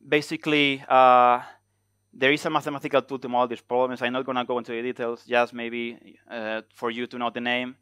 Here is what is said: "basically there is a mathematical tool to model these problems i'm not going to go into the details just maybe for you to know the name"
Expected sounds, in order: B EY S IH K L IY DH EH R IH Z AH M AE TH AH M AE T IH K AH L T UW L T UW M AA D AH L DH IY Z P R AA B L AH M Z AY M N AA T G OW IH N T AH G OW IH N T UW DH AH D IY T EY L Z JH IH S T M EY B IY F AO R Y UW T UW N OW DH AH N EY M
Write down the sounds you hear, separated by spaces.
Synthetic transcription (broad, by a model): B EY S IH K L IY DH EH R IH S AH M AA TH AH M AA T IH K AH L T UW L T UW M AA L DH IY S P R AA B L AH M S AY M N AA T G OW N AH G OW IH N T UW DH AH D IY T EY L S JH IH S M EY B IY F AO R Y UW T UW N OW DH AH N EY M